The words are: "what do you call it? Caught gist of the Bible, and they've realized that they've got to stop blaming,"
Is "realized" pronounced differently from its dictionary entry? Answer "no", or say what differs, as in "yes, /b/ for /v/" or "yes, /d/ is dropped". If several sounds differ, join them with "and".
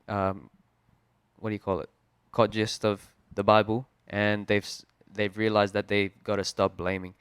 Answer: no